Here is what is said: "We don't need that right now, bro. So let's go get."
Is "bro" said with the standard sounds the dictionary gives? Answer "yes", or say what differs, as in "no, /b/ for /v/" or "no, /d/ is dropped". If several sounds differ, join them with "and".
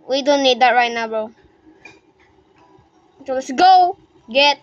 no, /ɹ/ is dropped